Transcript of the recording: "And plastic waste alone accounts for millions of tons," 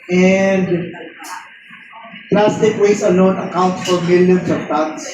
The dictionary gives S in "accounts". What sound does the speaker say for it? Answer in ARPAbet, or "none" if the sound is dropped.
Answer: none